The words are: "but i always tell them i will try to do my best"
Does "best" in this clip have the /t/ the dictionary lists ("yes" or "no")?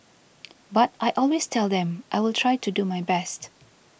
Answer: yes